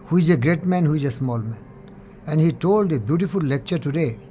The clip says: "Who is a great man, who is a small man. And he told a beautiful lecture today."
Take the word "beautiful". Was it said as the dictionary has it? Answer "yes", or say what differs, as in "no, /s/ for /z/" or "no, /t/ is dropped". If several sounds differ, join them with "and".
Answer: yes